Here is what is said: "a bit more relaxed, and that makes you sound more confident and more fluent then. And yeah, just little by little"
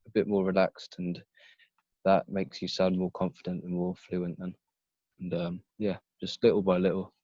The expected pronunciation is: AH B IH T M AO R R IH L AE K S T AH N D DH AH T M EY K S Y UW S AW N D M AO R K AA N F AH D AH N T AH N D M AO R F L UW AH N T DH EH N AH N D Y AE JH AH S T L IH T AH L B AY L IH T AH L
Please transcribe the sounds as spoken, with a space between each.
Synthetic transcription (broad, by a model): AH B IH T M AO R R IH L AE K S T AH N DH AH T M EY K S Y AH S AW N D M AO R K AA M F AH D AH N T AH N M AO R F L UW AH N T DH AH N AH N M Y AE JH AH S T L IH T L B AY L IH T L